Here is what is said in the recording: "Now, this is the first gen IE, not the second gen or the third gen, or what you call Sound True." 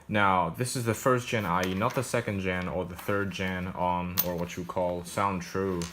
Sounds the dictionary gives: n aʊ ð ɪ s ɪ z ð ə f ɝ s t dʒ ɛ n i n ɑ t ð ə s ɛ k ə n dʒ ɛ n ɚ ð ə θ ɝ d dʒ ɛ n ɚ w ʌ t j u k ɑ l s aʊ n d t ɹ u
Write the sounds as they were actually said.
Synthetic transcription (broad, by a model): n aʊ ð ɪ s ɪ z ð ə f ɝ s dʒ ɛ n i n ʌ t ð ə s ɛ k ə n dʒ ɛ n ɚ ð ə θ ɝ d dʒ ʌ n ɚ w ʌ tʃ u k ɑ l s aʊ n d t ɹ u